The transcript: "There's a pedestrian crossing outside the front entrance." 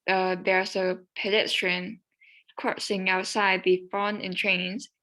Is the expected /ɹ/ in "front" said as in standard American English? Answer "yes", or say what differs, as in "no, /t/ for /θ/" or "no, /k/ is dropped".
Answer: no, /ɹ/ is dropped